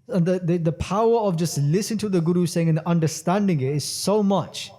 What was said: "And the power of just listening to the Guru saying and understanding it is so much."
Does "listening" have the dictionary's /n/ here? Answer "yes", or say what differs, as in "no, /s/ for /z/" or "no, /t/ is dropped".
no, /n/ is dropped